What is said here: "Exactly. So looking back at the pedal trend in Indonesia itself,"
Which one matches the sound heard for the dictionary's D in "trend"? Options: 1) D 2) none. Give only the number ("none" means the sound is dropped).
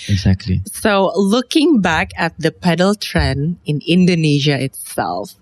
2